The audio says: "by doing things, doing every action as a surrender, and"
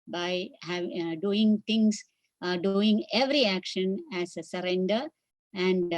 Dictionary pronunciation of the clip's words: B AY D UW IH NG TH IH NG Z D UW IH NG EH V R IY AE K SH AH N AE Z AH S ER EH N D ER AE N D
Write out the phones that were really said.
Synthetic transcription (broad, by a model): B AY D UW IH NG T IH NG S D UW IH NG EH V R IY AE K SH AH N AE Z AH S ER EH N D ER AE N D